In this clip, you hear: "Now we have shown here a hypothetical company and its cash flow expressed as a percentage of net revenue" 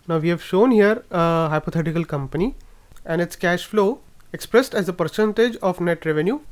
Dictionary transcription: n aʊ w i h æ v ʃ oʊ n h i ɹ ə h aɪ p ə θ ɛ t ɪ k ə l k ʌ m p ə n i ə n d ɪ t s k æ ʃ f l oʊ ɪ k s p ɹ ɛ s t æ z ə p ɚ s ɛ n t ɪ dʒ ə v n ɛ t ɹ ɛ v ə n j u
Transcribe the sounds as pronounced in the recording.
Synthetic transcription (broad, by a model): n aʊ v i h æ v ʃ oʊ n h i ɹ ə h aɪ p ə t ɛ t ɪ k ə l k ʌ m p ə n i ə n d ɪ t s k æ ʃ f l oʊ ɪ k s p ɹ ɛ s t æ z ə p ɚ s ɛ n t ɪ dʒ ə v n ɛ t ɹ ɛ v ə n j u